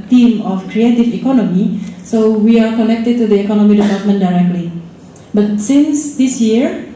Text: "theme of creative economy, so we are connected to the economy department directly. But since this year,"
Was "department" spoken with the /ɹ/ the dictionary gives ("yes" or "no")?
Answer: no